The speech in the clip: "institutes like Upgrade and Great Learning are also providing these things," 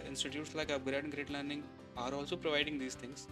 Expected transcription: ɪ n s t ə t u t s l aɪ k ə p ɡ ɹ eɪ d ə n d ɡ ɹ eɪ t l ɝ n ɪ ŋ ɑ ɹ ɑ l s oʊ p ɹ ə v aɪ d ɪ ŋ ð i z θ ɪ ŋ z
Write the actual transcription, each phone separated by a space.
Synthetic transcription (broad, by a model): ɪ n s t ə t u t s l aɪ k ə b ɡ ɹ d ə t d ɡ ɹ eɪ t l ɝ n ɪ ŋ ɑ ɹ ɑ l s oʊ p ɹ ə v aɪ d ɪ ŋ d i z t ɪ ŋ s